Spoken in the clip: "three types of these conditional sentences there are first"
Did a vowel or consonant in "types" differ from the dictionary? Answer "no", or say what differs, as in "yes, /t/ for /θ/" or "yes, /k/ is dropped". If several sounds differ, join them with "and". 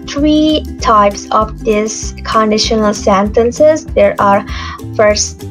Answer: no